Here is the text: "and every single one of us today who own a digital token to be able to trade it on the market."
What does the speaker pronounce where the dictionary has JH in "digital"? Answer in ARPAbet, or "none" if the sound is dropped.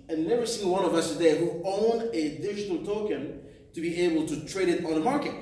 none